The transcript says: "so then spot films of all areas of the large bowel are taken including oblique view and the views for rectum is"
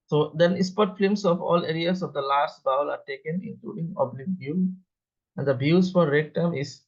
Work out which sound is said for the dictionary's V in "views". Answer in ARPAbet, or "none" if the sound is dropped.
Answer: B